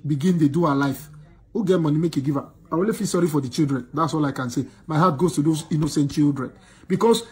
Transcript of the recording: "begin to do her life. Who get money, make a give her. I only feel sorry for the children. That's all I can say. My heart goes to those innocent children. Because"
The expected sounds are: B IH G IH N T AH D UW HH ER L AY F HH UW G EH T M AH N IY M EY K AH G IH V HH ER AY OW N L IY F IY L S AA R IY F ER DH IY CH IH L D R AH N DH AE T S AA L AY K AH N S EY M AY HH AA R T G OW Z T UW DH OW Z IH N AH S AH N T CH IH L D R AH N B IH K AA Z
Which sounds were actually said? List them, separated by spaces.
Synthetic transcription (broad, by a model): B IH G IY N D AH D UW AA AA L AY F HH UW G EH T M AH N IY M EY K AH G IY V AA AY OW L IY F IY S AA R IY F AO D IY CH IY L D R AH N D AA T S AA L AY K AH N S EY M AY HH AA T G OW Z T UW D OW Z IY N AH S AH N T CH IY L D R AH N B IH K AA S